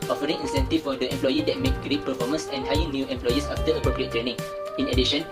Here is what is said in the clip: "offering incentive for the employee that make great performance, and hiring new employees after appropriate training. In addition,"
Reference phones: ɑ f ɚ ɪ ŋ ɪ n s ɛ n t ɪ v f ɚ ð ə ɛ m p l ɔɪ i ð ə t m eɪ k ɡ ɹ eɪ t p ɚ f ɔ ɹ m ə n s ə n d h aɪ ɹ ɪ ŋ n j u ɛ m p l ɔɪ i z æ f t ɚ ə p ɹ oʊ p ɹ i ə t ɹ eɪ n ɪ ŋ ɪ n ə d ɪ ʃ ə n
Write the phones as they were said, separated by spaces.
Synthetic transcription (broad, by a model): ɑ f ɚ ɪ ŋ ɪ n s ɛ n t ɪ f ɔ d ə ɛ m p l ɔɪ i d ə t m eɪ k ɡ ɹ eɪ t p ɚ f ɔ m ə n s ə n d h aɪ ɪ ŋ n j u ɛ m p l ɔɪ i s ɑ f t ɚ ə p ɹ oʊ p ɹ i ə t ɹ eɪ n ɪ ŋ ɪ n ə d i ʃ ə n